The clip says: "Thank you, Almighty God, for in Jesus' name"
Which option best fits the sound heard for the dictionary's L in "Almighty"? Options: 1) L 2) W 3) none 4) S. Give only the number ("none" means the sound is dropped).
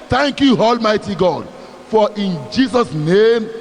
1